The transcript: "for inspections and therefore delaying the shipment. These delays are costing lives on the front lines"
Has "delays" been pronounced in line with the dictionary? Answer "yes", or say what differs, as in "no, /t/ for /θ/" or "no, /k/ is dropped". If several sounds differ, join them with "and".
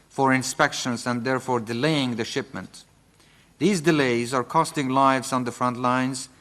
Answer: yes